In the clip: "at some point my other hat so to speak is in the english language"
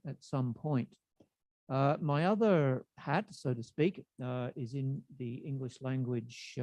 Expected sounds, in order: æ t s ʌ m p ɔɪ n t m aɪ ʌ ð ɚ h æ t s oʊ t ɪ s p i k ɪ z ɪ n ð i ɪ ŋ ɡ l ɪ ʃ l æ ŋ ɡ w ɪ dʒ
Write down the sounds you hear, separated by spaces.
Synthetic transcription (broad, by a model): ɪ t s ʌ m p ɔɪ n t m aɪ ʌ ð ɚ h æ t s oʊ t ɪ s p i k ɪ z ɪ n ð i ɪ ŋ ɡ l ɪ ʃ l æ ŋ ɡ w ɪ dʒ